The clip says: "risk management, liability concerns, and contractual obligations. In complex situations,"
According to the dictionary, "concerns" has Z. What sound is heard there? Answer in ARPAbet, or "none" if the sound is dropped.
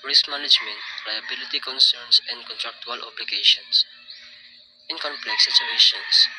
S